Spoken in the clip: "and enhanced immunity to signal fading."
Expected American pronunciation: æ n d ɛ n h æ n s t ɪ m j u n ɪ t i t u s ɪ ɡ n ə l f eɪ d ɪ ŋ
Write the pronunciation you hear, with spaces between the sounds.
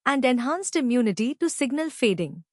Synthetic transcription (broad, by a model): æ n d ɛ n h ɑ n s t ɪ m j u n ɪ t i t u s ɪ ɡ n ə l f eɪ d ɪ ŋ